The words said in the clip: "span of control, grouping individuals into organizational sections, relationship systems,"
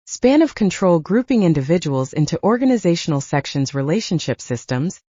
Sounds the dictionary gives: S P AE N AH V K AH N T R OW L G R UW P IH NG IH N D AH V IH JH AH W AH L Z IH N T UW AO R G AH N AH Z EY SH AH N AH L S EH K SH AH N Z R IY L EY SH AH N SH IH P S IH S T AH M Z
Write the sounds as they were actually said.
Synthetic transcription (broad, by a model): S P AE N AH V K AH N T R OW L G R UW P IH NG IH N D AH V IH JH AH W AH L Z IH N T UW AO R G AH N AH Z EY SH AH N L S EH K SH AH N Z R IY L EY SH AH N SH IH P S IH S T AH M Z